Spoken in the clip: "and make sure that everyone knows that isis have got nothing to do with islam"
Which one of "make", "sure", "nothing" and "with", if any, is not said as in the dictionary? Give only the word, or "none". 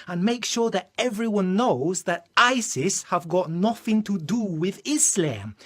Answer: none